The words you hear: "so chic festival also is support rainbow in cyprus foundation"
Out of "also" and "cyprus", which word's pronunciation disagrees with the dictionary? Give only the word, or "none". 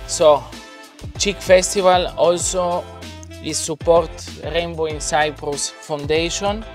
none